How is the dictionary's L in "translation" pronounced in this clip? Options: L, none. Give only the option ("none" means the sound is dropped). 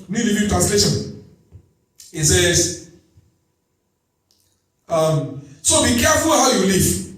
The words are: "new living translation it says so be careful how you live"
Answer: L